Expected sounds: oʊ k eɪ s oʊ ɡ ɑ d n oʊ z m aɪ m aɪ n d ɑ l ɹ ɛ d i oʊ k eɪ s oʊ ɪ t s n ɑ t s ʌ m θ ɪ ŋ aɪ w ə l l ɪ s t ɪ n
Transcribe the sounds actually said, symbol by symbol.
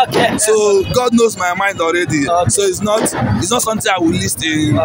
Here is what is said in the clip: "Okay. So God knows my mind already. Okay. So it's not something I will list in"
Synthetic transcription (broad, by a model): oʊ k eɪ s oʊ ɡ ɑ d n oʊ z m aɪ m aɪ n d ɑ l ɹ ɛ d i oʊ i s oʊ ɪ t s n ɑ t s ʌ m t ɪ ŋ aɪ w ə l l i s t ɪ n